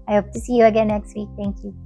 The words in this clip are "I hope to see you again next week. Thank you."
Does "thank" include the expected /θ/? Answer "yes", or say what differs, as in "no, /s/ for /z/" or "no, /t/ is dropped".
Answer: no, /t/ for /θ/